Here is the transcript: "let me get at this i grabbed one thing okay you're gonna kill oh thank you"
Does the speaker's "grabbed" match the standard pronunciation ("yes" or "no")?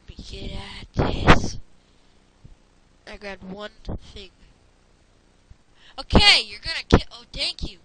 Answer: no